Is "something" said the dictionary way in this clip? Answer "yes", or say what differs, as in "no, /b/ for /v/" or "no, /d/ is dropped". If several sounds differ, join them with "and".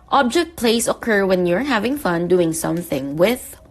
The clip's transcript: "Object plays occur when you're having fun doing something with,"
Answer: yes